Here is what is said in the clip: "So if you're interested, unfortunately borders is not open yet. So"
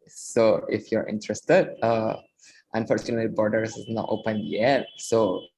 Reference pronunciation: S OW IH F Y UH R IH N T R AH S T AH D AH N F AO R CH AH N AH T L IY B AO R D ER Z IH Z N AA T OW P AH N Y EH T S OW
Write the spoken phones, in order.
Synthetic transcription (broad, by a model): S OW IH F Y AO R IH N T R AH S T AH D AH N F AO R CH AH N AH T L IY B AO R D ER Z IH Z N AA T OW P AH N Y EH T S OW